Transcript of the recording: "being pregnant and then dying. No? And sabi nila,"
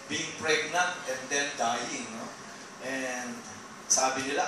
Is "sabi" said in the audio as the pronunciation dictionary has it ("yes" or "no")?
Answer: yes